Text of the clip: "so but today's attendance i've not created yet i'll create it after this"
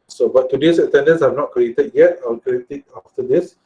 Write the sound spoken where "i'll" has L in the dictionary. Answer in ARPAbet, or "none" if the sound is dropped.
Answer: W